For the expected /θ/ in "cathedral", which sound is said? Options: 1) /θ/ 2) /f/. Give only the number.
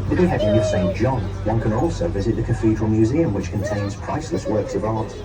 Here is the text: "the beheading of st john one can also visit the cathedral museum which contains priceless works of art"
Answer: 2